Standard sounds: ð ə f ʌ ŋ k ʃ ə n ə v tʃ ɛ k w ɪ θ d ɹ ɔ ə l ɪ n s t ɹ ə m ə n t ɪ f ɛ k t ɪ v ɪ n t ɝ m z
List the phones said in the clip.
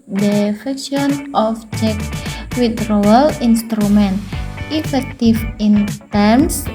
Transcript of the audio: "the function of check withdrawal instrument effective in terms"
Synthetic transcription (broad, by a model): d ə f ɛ k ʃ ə n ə f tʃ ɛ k w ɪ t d ɹ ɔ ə l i n s t ɹ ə m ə n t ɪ f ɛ k t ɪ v ɪ n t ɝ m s